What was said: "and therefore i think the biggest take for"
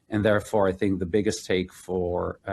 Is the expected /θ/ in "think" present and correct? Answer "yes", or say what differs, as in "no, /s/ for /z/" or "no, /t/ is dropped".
yes